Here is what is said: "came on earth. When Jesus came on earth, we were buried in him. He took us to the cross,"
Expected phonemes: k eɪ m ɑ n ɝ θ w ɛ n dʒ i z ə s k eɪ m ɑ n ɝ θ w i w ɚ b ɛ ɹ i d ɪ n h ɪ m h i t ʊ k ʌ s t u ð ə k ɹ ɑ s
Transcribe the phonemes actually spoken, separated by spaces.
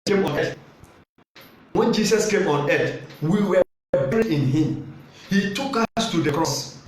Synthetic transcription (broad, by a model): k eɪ m ɑ n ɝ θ w ɛ n dʒ i s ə s k eɪ m ɑ n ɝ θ w i w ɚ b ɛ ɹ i ɪ n h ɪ m h i t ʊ k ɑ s t u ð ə k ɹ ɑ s